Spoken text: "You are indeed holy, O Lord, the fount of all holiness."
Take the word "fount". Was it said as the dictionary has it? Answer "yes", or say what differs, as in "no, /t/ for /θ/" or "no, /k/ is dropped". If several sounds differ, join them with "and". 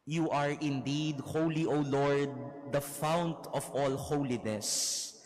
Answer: yes